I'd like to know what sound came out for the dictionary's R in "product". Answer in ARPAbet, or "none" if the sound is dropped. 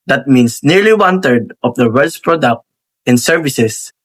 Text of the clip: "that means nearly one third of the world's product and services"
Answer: R